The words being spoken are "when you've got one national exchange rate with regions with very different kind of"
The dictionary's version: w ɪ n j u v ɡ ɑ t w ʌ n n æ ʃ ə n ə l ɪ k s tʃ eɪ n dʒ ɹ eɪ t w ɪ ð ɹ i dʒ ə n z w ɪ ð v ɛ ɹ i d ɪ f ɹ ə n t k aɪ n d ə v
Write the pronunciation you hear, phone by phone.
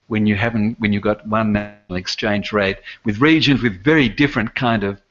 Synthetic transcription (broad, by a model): w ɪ n j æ v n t w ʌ n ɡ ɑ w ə n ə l ɪ k s tʃ eɪ n dʒ ɹ eɪ t w ɪ ð ɹ i dʒ ə n z w ɪ ð v ɛ ɹ i d ɪ f ɹ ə n k aɪ n d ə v